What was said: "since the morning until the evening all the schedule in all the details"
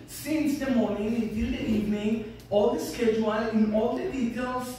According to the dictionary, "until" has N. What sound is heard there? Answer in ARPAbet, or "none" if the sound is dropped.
none